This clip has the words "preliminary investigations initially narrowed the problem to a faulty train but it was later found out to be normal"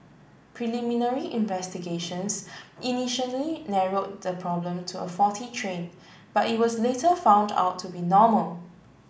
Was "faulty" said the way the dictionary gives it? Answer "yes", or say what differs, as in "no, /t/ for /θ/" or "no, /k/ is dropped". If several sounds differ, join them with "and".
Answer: no, /l/ is dropped